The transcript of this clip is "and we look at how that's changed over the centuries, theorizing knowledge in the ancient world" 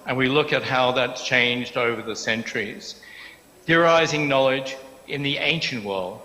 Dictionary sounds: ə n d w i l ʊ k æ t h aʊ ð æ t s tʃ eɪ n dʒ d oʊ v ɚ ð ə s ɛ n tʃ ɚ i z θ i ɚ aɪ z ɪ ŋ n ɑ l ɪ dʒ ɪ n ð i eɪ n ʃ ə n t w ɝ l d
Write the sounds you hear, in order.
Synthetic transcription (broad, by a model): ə n w i l ʊ k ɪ t h aʊ ð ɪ t tʃ eɪ n dʒ d oʊ v ɚ ð ə s ɛ n tʃ ɚ i z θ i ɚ aɪ z ɪ ŋ n ɑ l ɪ dʒ ɪ n ð i eɪ n ʃ ə n t w ɝ l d